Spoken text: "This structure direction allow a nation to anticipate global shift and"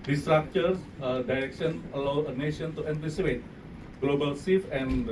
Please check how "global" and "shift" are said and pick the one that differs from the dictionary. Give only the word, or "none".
shift